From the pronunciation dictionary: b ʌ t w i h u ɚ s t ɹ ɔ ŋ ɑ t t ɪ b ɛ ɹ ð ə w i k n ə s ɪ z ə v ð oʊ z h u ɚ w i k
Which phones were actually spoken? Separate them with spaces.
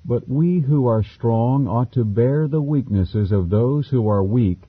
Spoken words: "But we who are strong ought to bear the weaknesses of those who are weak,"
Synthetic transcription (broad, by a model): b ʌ t w i h u ɚ s t ɹ ɔ ŋ ɑ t t ɪ b ɛ ɹ ð ə w i k n ə s ɪ z ə v ð oʊ z h u ɚ w i k